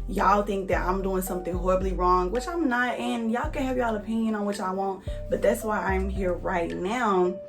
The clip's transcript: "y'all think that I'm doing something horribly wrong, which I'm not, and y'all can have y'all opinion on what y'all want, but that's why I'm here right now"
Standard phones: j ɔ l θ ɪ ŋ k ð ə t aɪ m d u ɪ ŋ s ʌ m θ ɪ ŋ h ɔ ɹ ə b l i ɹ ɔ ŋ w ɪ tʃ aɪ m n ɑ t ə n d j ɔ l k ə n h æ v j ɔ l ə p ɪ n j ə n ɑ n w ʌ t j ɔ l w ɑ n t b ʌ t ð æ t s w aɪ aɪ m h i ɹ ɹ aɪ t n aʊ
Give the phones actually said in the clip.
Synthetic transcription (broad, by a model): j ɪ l θ ɪ ŋ k ð ə t aɪ m d u ɪ ŋ s ʌ m θ ɪ ŋ h ɔ ɹ ə b l i ɹ ɔ ŋ w ɪ tʃ aɪ m n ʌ t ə n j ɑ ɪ k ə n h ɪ v j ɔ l ə p ɪ n j ə n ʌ n w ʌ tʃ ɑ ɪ w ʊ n t b ʌ t ð æ t s w aɪ aɪ m h i ɹ ɹ aɪ t n aʊ